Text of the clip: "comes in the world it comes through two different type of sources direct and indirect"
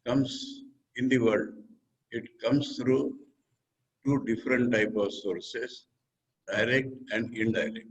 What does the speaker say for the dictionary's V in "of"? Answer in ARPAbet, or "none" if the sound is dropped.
V